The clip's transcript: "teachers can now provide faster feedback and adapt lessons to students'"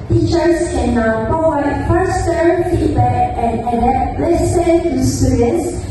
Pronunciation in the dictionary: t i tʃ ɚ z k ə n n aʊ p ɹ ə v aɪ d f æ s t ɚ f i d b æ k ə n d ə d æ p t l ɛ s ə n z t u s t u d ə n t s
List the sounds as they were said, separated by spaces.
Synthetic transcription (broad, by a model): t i tʃ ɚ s k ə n n aʊ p ə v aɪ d f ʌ s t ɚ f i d b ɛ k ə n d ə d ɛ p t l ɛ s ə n t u s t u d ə n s